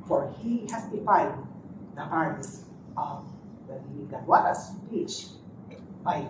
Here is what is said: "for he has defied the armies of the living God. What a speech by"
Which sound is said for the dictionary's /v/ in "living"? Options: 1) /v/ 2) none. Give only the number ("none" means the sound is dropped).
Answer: 2